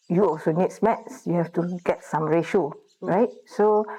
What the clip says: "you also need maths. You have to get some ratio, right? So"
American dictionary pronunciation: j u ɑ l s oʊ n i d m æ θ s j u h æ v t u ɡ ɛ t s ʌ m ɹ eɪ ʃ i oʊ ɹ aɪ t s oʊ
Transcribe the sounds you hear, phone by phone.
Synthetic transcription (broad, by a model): j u ɑ l s oʊ n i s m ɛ t s j u h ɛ f t u ɡ ɛ t s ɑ m ɹ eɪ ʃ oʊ ɹ aɪ t s oʊ